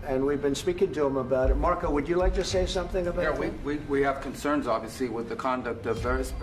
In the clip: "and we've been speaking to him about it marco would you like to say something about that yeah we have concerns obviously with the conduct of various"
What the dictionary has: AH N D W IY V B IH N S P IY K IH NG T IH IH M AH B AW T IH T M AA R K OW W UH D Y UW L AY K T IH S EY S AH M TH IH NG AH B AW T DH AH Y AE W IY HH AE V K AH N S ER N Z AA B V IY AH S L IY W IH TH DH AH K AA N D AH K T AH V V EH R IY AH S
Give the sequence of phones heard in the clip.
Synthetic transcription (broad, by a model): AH N W IY V B IH N S P IY K IH NG T IH IH M AH B AW T IH T M AA R K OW W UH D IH L AY K T IH S EY S AH M TH IH NG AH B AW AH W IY W IY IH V K AH N S ER N Z AA B V IY AH S L IY W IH DH AH K AA N D AH K T AH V V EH R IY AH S